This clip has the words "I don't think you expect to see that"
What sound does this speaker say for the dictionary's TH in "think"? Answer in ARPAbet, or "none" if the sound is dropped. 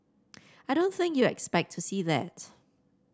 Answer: TH